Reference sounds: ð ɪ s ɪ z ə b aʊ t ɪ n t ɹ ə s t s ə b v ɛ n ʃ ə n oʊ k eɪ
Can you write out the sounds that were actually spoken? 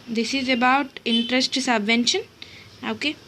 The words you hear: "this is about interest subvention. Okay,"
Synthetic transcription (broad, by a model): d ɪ s ɪ z ə b aʊ t ɪ n t ɹ ə s t s ə b v ɛ n ʃ ə n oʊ k eɪ